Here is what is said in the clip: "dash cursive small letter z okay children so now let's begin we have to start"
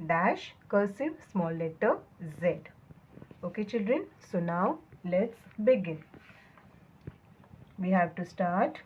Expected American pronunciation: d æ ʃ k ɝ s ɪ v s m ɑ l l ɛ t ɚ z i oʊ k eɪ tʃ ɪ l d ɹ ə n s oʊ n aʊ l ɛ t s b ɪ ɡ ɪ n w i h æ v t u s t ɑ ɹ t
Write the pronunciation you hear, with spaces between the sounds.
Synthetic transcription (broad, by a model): d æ ʃ k ɝ s ɪ v s m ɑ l l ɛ t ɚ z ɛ oʊ k eɪ tʃ ɪ l d ɹ ə n s oʊ n aʊ l ɛ t s b ɪ ɡ ɪ n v i h æ v t u s t ɑ ɹ t